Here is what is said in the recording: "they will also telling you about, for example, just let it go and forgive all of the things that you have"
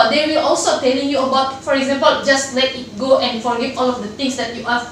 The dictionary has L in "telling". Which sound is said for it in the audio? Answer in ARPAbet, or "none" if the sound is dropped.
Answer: L